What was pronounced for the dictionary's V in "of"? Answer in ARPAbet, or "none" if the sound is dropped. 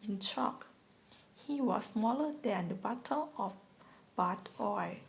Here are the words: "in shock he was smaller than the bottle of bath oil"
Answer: F